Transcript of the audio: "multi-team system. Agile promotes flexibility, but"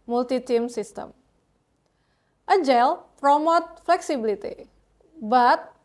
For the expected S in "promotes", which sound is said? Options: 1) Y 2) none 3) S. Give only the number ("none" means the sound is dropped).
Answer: 2